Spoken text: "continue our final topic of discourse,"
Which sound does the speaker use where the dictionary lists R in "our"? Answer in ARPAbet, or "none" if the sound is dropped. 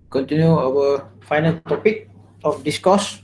W